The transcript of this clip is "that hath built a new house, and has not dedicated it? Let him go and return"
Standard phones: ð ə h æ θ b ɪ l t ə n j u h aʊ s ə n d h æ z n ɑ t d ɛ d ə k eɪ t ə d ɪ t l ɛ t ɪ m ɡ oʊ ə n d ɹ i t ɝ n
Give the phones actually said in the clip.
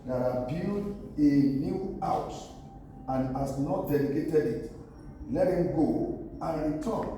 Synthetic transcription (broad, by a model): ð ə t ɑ b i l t ə n j u aʊ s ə n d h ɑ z n ɑ t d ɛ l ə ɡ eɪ t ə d ɪ t l ɛ t ɪ m ɡ oʊ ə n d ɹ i t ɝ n